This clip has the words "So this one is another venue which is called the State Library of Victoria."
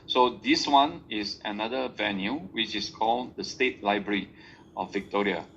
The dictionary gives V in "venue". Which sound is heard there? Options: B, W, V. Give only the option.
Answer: V